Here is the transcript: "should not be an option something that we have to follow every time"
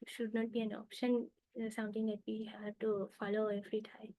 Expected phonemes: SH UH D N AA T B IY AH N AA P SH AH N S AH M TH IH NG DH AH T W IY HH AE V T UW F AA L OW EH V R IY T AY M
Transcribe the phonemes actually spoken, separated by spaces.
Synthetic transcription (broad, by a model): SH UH D N AA T B IY AH N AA P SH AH N S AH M T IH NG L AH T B IY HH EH T UW F AA L OW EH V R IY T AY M